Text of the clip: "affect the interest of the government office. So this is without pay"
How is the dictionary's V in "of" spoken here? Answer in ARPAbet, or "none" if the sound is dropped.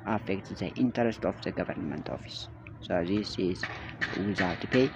F